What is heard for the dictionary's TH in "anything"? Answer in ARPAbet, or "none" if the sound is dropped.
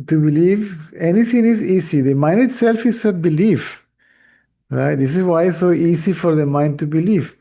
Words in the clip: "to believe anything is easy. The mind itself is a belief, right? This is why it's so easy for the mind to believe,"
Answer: T